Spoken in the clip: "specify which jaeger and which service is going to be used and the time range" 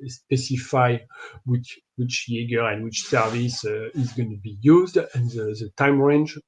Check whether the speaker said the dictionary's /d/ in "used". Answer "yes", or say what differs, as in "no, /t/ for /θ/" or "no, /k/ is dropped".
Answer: yes